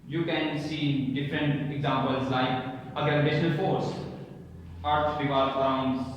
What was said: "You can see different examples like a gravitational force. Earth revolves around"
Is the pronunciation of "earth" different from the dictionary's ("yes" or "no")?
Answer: yes